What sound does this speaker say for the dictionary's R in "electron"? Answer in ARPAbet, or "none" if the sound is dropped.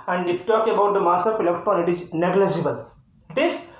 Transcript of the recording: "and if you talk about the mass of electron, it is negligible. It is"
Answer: none